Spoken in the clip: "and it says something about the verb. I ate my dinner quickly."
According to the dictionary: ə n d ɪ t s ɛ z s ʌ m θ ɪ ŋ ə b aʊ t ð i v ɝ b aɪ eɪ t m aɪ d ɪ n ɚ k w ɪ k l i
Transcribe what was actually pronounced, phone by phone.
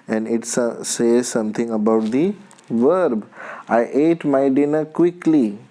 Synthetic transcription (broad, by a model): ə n d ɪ t s ɛ z s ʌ m t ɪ ŋ ə b aʊ t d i v ɝ b aɪ eɪ t m aɪ d ɪ n ɚ k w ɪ k l i